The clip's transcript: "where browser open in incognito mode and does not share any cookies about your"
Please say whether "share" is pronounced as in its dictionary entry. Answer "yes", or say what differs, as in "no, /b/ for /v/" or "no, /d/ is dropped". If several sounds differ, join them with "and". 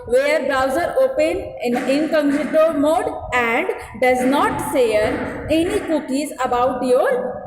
no, /s/ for /ʃ/